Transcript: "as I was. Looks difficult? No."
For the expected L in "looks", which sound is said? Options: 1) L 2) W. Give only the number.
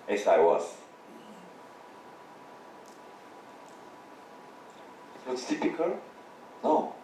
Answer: 2